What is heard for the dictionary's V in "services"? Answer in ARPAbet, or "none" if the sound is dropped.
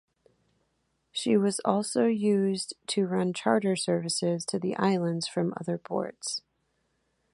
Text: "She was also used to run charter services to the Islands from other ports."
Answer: V